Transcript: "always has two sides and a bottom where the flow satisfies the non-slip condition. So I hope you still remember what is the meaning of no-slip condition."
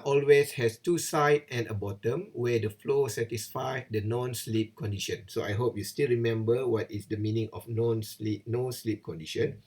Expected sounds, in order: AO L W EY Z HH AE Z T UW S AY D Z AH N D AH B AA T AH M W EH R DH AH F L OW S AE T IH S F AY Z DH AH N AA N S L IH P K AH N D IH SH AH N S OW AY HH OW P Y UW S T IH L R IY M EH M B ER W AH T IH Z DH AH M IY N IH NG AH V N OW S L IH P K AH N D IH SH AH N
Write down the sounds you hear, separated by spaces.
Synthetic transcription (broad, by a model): AO L W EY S HH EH S T UW S AY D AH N AH B AA T AH M W EH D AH F L OW S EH T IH S F AY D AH N AA N S L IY P K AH N D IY SH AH N S OW AY HH OW P Y UW S T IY L R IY M EH M B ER W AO T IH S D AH M IY N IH NG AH P N OW S L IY P K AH N D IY SH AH N